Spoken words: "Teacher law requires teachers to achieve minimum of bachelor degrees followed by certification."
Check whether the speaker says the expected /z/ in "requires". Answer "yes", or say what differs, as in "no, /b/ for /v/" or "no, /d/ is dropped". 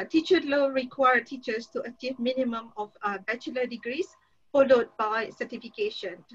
no, /z/ is dropped